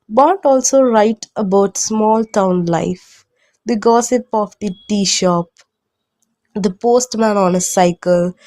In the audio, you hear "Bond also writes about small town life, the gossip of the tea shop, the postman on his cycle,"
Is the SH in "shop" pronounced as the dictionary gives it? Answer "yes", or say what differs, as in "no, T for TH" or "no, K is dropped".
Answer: yes